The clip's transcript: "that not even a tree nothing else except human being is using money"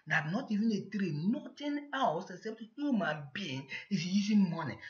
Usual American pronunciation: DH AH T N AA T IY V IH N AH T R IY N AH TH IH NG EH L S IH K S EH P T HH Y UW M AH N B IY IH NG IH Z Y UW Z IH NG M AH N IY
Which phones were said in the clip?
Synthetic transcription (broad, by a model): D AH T N AA T IY V IH N AH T R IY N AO T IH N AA W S IH K S EH P T HH Y UW M AH N B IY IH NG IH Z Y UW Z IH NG M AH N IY